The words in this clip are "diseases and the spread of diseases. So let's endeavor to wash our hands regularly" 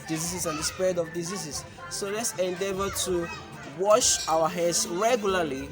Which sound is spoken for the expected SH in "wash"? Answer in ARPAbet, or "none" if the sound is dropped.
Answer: SH